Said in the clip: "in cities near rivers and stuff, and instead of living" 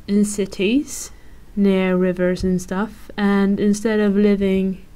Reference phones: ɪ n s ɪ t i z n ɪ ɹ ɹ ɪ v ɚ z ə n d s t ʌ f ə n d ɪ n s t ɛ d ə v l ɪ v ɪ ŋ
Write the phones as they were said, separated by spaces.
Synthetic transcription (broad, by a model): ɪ n s ɪ t i z n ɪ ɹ ɹ ɪ v ɚ z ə n s t ʌ f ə n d ɪ n s t ɛ d ə v l ɪ v ɪ ŋ